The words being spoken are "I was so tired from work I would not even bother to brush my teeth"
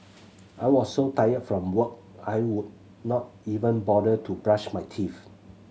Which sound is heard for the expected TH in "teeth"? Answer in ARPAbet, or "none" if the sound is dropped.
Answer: F